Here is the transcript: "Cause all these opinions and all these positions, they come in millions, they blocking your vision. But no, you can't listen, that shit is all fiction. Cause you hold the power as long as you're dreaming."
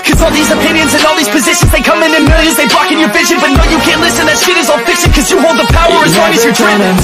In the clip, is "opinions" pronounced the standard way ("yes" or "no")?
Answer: yes